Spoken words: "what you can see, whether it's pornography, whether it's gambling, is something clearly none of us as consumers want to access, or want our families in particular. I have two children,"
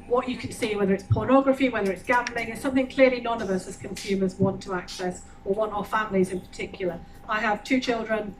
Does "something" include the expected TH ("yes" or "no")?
yes